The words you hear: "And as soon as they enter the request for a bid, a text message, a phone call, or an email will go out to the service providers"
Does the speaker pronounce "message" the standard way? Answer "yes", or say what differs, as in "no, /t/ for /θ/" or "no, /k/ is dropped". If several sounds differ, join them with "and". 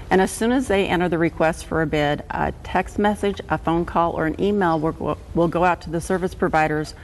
yes